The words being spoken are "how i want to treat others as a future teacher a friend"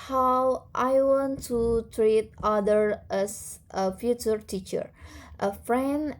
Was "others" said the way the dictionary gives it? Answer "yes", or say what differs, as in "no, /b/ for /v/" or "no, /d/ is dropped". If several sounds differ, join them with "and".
no, /z/ is dropped